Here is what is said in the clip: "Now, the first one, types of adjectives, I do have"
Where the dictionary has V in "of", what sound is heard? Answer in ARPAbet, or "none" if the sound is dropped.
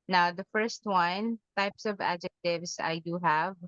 V